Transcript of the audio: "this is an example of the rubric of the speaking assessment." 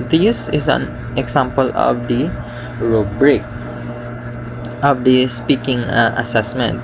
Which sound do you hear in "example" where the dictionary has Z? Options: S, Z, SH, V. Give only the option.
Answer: S